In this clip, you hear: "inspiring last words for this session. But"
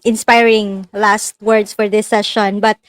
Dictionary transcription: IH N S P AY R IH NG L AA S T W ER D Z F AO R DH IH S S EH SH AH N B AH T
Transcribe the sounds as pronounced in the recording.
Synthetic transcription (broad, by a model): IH N S P AY R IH NG L AA S T W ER D S F AO R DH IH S S EH SH AH N B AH T